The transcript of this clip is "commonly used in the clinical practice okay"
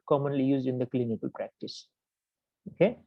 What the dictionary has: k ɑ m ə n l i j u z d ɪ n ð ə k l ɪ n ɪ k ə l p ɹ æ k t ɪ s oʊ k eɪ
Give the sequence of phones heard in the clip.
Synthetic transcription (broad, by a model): k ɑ m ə n l i j u z d ɪ n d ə k l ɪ n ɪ k ə l p ɹ æ k t ɪ s oʊ k eɪ